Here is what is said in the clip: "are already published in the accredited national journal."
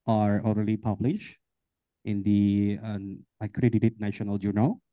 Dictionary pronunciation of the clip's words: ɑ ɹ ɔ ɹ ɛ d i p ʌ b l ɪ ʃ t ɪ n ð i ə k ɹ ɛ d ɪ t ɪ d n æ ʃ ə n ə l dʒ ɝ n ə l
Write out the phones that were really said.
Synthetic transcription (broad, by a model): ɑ ɹ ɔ l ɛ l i p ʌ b l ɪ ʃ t ɪ n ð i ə k ɹ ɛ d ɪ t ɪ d n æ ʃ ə n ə l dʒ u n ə l